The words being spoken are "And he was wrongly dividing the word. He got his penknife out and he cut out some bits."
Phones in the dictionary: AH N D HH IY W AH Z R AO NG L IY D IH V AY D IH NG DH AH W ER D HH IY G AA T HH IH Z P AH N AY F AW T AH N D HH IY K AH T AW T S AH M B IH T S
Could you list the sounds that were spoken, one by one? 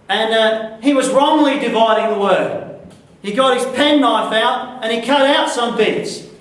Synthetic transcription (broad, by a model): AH N IY W AH Z R AO NG L IY D IH V AY D IH NG DH AH W ER D HH IY G AA T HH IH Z P AH N AY F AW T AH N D IY K AH T AW T S AH M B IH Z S